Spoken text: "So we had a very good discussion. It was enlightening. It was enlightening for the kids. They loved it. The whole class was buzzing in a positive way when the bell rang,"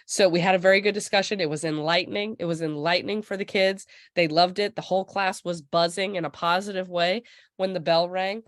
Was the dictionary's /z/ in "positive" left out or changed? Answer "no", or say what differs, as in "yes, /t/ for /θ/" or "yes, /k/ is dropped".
no